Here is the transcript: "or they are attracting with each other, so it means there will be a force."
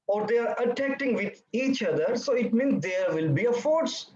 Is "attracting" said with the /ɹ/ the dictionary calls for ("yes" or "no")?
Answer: no